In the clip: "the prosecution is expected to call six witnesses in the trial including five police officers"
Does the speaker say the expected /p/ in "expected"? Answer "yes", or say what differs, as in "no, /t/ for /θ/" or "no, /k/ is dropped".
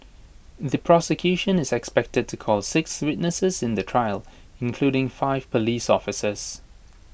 yes